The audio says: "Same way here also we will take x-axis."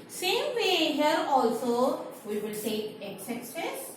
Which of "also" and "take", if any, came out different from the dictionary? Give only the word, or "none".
take